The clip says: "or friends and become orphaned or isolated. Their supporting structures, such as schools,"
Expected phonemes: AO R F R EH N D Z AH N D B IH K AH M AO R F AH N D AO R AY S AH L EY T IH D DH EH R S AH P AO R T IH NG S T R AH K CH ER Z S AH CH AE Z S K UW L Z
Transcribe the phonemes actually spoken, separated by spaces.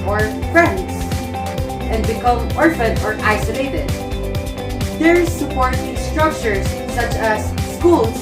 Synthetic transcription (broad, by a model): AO R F R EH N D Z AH N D B IH K AH M AO R F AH N AO R AY S AH L EY T IH D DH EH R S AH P AO R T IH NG S T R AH K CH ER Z S AH CH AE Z S K UW L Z